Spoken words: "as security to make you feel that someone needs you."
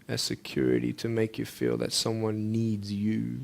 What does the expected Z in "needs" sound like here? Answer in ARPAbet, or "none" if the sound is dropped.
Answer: Z